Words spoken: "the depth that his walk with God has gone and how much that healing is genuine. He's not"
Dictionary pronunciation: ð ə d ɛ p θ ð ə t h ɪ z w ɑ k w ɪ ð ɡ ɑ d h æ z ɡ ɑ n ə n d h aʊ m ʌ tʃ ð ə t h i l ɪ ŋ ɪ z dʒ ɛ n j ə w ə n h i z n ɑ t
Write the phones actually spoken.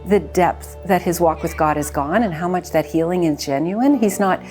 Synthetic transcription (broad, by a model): ð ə d ɛ p θ ð ə t h ɪ z w ɑ k w ɪ ð ɡ ɑ d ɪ z ɡ ɑ n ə n h aʊ m ʌ tʃ ð ə t h i l ɪ ŋ ɪ z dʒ ɛ n j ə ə n i z n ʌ t